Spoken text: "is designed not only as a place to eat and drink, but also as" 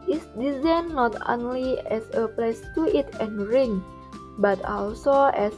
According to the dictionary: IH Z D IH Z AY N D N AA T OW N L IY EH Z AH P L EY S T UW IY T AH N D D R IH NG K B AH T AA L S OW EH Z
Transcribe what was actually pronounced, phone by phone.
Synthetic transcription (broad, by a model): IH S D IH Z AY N N AA T OW N L IY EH S AH P L EY S T UW IY T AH N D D R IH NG B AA T AA L S OW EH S